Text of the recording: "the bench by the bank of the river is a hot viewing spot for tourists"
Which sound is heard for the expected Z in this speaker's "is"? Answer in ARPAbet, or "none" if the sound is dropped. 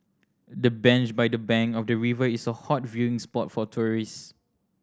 S